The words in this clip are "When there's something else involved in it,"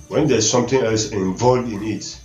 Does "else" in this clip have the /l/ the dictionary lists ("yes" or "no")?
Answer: yes